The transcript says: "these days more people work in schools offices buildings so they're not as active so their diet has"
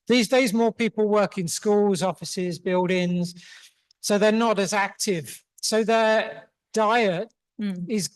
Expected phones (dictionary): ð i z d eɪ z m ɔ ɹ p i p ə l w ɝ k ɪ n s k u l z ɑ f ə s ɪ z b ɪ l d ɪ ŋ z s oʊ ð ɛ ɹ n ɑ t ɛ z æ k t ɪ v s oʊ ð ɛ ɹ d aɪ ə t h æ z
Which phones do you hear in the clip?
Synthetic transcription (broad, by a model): ð i z d eɪ z m ɔ p i p ə l w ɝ k ɪ n s k u l z ɑ f ə s ɪ z b ɪ l d ɪ ŋ z s oʊ ð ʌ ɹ n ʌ t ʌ z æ k t ɪ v s oʊ ð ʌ d aɪ ə t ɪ z